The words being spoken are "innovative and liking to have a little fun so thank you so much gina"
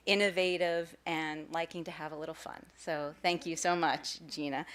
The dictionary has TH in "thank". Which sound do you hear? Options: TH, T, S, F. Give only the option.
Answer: TH